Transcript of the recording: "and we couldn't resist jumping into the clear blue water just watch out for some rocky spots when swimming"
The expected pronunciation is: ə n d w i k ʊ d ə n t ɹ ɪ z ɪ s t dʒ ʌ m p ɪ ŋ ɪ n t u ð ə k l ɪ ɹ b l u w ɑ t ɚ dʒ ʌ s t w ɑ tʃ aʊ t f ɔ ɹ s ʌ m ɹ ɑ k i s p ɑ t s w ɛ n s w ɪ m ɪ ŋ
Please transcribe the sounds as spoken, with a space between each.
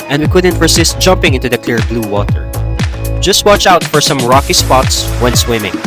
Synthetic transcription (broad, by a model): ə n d w i k ʊ d ə n t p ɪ s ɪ s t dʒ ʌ m p ɪ ŋ ɪ n t u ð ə k l ɪ ɹ b l u w ɑ t ɚ dʒ ʌ s t w ɑ tʃ aʊ t f ɔ ɹ s ʌ m ɹ ɑ k i s p ɑ t s w ɛ n s w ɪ m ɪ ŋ